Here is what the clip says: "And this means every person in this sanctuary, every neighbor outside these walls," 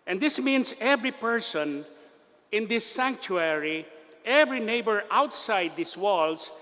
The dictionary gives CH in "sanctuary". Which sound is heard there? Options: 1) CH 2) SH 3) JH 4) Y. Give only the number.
1